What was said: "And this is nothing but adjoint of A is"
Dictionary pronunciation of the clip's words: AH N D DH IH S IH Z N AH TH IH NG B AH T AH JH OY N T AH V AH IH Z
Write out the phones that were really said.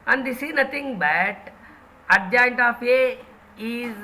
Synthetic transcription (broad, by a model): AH N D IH S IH N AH T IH NG B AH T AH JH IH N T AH F AH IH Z